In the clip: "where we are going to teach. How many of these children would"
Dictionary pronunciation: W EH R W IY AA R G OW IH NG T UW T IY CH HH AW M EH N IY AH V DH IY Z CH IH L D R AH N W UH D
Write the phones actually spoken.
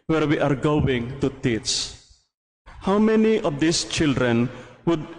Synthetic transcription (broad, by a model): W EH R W IY AA R G OW IH NG T UW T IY S HH AW M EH N IY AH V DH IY S CH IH L D R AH N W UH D